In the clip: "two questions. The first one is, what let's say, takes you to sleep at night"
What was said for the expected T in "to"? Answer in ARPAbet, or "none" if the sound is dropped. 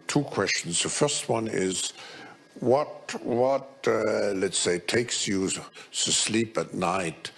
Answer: S